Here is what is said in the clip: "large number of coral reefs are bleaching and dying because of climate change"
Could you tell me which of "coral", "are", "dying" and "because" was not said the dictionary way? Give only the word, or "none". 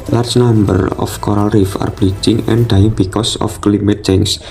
because